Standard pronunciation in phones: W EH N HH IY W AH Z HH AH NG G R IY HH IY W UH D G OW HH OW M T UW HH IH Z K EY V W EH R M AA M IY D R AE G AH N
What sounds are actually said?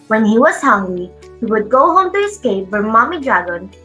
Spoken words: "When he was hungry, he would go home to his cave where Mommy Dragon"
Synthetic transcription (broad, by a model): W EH N HH IY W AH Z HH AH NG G IY HH IY W UH D G OW HH OW M T UW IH S K EY P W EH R M AA M IY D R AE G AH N